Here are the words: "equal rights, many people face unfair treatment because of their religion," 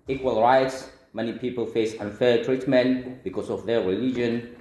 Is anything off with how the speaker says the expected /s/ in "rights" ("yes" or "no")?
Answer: no